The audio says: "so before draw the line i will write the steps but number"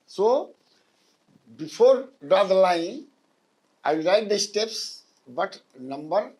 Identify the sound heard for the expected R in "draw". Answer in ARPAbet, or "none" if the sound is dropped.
none